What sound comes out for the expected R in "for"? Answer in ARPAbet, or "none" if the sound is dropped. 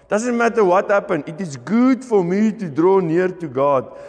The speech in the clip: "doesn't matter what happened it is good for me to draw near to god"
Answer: R